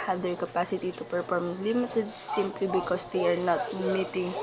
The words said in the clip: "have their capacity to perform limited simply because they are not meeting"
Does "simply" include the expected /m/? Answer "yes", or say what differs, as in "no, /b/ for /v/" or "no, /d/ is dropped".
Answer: yes